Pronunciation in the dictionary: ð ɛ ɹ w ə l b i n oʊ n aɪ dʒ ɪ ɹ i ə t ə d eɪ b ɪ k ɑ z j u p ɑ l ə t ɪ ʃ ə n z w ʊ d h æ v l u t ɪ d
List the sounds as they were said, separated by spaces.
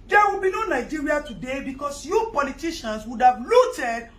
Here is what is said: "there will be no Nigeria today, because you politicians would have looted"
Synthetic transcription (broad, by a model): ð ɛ w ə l b i n oʊ n aɪ dʒ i ɹ i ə t ə d eɪ b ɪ k ɑ s j u p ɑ l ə t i ʃ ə n s w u d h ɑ v l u t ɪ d